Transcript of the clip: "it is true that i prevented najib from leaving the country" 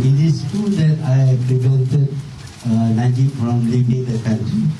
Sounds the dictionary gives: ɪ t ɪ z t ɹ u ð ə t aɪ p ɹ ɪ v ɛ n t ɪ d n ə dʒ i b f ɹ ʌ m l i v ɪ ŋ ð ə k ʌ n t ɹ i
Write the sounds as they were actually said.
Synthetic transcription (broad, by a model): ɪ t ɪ s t u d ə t aɪ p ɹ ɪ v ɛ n t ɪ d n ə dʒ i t f ɹ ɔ m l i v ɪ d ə k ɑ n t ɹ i